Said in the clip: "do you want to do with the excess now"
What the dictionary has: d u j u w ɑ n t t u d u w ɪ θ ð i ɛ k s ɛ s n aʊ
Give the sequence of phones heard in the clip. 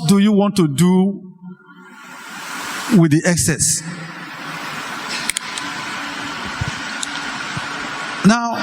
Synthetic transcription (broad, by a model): d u j u w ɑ n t t u d u w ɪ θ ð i ɛ k s ɛ s n aʊ